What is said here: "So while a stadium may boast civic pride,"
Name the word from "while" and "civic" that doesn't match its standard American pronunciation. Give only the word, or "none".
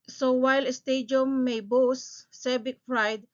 civic